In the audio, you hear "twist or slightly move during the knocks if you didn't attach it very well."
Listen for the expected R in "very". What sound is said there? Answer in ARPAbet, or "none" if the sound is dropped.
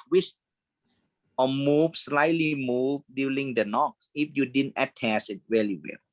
L